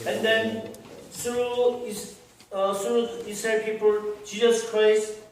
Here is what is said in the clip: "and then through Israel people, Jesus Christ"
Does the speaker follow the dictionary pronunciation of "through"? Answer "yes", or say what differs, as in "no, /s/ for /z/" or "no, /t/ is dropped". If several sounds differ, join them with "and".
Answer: no, /s/ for /θ/